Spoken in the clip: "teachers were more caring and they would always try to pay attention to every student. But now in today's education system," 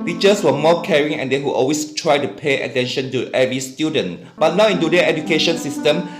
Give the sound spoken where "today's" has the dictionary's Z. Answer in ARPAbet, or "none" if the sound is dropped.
none